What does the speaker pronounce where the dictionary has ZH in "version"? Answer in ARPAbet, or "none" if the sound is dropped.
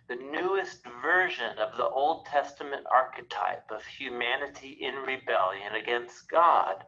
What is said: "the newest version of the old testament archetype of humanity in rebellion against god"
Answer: ZH